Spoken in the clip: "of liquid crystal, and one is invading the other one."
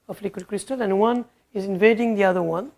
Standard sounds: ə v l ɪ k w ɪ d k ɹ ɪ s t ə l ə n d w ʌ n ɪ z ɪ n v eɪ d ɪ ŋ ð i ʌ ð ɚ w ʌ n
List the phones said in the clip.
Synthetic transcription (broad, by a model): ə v l ɪ k w ɪ d k ɹ ɪ s t ə l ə n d w ʌ n ɪ z ɪ n v eɪ d ɪ ŋ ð i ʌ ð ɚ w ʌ n